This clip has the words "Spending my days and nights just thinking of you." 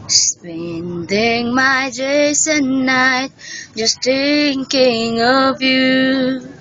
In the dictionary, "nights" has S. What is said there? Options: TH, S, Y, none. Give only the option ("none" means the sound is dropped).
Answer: none